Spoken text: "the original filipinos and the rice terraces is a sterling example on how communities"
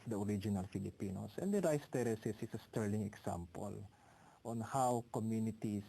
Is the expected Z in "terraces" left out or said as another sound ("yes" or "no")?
yes